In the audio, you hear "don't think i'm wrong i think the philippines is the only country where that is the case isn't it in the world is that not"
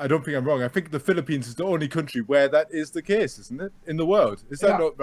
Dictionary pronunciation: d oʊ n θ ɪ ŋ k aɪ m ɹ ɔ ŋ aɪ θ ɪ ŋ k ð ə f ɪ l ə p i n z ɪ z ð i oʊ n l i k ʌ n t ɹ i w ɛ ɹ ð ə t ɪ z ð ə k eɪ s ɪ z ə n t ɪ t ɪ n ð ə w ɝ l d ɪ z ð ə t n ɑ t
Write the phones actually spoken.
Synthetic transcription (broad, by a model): d oʊ n θ ɪ ŋ k aɪ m ɹ ɔ ŋ aɪ θ ɪ ŋ k ð ə f ɪ l ə p i n z ɪ z ð i oʊ n l i k ʌ n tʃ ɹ i w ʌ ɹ ð ə t ɪ z ð ə k eɪ s ɪ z n t ɪ t ɪ n ð ə w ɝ l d ɪ z ð ə t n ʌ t